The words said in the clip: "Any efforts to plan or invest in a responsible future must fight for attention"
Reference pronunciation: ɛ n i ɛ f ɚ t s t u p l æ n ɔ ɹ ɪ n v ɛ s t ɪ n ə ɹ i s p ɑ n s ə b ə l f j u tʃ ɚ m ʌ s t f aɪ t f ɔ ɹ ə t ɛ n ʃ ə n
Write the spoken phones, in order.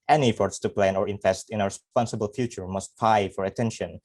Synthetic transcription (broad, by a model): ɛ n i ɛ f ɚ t s t u p l æ n ɔ ɹ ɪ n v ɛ s t ɪ n ə ɹ s p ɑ n s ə b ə l f j u tʃ ɚ m ʌ s t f aɪ f ɔ ɹ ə t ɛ n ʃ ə n